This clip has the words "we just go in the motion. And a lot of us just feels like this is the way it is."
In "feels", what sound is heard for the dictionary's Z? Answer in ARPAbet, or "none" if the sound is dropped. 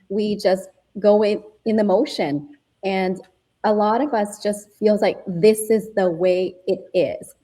Z